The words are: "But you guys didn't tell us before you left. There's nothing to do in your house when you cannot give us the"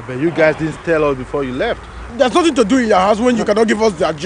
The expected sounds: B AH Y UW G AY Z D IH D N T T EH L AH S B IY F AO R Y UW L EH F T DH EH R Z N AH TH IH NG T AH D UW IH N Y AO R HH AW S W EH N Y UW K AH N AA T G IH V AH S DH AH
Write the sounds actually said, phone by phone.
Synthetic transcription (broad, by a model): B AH Y UW G AY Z D IH D N T T EH L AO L B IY F AO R Y UW L EH F T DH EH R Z N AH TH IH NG T AH D UW IH N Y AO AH HH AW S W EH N Y UW K AH N AA T G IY V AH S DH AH